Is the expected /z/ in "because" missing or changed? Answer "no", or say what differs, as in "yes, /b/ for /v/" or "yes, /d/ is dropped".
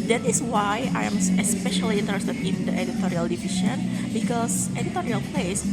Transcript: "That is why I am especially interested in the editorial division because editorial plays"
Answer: yes, /s/ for /z/